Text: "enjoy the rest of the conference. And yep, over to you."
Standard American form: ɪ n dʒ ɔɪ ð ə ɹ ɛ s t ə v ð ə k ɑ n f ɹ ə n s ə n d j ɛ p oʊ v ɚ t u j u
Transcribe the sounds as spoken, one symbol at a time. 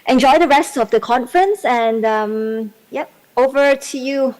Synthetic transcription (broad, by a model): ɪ n dʒ ɔɪ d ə ɹ ɛ s t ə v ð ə k ɑ n f ɹ ə n s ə n d j ɛ p oʊ v ɚ t u j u